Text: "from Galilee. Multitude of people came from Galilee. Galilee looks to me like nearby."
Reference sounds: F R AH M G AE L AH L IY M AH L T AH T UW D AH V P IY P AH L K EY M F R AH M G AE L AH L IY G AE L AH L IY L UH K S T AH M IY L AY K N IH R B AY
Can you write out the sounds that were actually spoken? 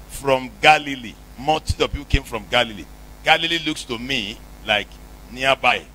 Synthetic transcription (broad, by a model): F R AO M G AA L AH L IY M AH T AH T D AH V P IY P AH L K EY M F R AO M G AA L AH L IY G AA L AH L IY L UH K S T AH M IY L AY K N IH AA B AY